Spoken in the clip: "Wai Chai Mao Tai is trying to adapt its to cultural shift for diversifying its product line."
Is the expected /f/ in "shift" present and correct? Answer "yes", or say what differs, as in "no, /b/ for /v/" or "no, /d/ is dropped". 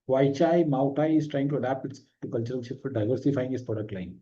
no, /f/ is dropped